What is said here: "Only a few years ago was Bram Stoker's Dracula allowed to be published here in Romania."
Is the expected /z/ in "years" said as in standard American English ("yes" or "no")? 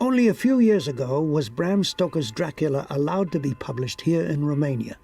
yes